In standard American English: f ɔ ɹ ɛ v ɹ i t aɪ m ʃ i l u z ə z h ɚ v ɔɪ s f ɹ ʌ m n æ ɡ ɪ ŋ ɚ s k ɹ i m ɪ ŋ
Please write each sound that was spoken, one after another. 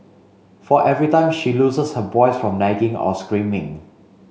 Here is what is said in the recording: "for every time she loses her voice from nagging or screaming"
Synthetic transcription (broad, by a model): f ɔ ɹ ɛ v ɹ i t aɪ m ʃ i l u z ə s h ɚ b ɔɪ s f ɹ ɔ m n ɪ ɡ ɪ ŋ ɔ s k ɹ i m ɪ ŋ